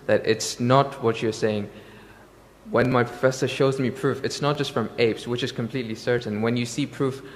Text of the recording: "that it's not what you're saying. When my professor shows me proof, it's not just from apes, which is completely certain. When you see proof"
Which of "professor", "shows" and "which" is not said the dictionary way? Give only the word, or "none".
none